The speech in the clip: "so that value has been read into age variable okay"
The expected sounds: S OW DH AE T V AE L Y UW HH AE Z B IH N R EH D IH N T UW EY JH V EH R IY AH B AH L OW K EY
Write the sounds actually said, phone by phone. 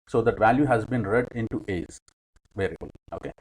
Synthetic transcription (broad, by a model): S OW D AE T V AE L Y UW HH AE Z B IH N R EH D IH N T UW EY Z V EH R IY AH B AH L OW K EY